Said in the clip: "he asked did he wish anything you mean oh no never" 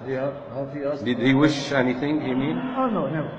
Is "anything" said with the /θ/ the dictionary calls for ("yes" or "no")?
yes